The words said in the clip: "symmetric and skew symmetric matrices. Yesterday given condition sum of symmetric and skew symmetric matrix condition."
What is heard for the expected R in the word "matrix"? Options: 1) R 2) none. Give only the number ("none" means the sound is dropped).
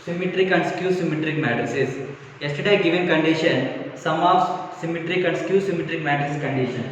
2